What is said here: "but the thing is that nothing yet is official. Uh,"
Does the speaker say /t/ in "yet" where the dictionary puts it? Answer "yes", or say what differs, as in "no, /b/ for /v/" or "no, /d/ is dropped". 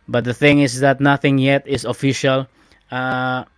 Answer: yes